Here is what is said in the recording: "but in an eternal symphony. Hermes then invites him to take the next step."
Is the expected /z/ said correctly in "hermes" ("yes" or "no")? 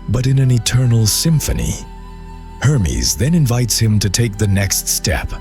yes